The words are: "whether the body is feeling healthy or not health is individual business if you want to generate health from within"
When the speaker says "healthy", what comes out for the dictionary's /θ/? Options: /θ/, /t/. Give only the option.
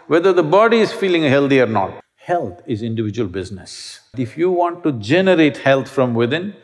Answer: /t/